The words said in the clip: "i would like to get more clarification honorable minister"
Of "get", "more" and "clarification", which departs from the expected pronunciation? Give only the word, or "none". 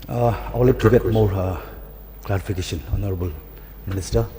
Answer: clarification